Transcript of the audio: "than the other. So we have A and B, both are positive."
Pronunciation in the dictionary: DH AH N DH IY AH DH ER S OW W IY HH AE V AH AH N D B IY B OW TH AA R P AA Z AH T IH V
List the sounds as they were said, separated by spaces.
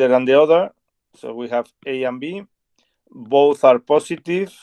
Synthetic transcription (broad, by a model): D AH N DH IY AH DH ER S OW W IY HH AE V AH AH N B IY B OW TH AA R P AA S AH T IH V